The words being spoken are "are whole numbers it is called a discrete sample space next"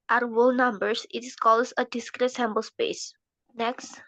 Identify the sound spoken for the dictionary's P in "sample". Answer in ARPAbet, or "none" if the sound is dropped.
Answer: B